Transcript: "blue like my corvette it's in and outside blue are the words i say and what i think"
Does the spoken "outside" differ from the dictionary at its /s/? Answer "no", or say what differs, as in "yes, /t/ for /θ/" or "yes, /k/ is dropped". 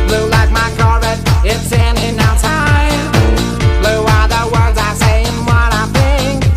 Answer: yes, /s/ is dropped